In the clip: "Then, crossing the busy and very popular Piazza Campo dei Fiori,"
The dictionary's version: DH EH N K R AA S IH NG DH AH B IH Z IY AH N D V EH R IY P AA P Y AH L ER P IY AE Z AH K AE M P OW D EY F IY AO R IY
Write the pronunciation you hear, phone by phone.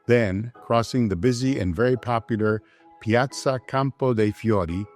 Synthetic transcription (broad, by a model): DH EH N K R AA S IH NG DH AH B IH Z IY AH N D V EH R IY P AA P Y L ER P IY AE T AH K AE M P OW D EY F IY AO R IY